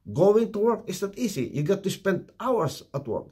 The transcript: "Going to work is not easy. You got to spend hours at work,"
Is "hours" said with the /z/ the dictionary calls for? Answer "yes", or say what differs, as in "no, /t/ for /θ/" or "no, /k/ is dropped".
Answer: no, /s/ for /z/